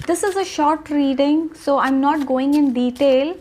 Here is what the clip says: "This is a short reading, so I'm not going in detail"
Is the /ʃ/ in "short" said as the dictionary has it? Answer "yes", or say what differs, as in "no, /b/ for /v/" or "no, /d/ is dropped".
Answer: yes